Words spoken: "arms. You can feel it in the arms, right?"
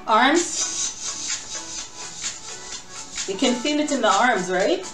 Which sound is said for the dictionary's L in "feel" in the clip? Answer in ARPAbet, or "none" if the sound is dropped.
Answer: N